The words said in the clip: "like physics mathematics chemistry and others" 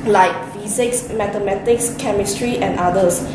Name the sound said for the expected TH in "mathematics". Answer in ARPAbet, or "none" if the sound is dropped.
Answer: T